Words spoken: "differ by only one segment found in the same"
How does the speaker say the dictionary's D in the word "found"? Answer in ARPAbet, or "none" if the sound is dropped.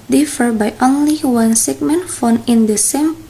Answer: none